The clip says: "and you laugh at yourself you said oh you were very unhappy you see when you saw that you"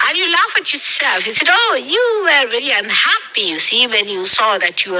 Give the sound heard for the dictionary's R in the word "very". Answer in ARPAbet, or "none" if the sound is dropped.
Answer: L